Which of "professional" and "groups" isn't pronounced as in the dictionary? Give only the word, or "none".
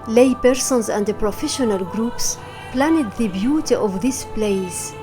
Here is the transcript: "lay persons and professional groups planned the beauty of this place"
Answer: none